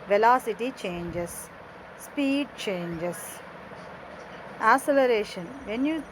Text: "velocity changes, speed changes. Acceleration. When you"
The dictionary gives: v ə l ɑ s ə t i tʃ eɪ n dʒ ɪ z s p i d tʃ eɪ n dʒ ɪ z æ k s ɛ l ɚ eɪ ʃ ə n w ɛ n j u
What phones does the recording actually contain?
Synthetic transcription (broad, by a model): v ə l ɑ s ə t i tʃ eɪ n dʒ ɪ s p i d tʃ eɪ n dʒ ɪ s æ s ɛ l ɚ eɪ ʃ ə n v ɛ n j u